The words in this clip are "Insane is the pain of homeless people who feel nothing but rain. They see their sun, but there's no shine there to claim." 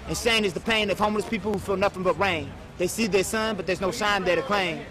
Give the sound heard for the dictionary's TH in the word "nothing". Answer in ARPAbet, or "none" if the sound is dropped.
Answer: F